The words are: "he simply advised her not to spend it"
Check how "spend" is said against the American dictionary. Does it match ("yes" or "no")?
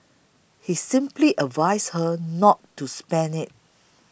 no